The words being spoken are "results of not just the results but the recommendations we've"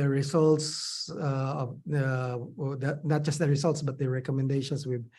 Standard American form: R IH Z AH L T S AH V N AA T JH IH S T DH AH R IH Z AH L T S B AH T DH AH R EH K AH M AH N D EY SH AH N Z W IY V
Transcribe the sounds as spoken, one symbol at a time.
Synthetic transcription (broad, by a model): R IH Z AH L T S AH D N AA T JH IH S T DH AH R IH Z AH L T S B AH T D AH R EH K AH M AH N D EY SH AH N S W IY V